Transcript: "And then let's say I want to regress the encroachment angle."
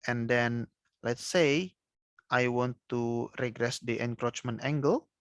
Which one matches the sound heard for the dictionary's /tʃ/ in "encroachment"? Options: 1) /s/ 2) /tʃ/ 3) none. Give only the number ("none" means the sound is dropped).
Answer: 2